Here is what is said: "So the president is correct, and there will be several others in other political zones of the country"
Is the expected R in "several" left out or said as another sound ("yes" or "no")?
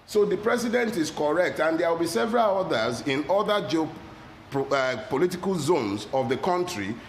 no